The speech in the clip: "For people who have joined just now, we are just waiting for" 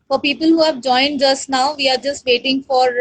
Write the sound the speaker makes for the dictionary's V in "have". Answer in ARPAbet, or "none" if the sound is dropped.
V